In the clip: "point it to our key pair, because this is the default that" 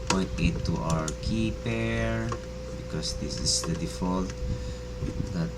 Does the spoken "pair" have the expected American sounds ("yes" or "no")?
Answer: yes